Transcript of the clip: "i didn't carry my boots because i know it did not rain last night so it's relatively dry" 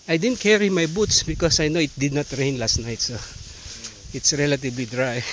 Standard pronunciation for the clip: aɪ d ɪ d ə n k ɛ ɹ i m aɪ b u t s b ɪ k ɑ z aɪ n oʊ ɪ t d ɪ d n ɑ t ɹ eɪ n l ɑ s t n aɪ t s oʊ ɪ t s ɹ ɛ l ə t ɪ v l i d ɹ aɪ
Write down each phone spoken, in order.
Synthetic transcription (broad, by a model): aɪ d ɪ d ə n k ɛ ɹ i m aɪ b u t s b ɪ k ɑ s aɪ n oʊ ɪ t d ɪ d n ɑ t ɹ eɪ n l ɑ s t n aɪ t s oʊ ɪ t s ɹ ɛ l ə t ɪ b l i d ɹ aɪ